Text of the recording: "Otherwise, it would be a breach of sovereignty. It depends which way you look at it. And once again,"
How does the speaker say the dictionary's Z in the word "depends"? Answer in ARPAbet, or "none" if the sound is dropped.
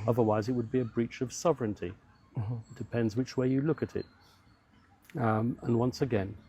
Z